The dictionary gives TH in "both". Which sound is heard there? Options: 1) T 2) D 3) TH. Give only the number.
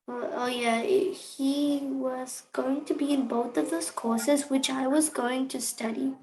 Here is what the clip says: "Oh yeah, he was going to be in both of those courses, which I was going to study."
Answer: 3